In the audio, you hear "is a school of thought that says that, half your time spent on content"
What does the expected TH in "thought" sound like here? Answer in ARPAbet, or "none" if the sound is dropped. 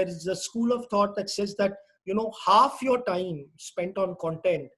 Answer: T